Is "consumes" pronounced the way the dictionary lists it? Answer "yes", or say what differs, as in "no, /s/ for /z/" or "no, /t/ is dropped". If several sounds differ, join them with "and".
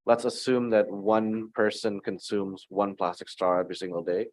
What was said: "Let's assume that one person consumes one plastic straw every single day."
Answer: yes